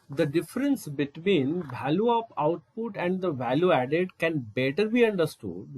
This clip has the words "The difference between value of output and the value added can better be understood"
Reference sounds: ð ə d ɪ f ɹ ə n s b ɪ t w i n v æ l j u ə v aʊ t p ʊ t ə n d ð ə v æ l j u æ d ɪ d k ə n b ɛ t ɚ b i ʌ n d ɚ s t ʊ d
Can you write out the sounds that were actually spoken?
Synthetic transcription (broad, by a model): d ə d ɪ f ɹ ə n s b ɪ t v i n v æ l j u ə p aʊ t p ʊ t ə n d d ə v æ l j u æ d ɪ d k ə n b ɛ t ɚ b i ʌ n d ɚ s t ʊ d